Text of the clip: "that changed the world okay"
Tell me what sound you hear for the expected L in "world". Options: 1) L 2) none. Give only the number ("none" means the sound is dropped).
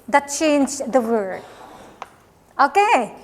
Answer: 2